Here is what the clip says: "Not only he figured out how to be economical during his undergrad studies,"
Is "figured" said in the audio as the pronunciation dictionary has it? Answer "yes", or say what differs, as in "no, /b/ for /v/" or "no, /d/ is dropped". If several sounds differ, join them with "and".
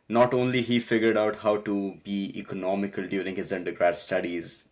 yes